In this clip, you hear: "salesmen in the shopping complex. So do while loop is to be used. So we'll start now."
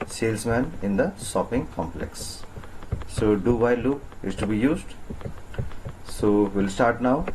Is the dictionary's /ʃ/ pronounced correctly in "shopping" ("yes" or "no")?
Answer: no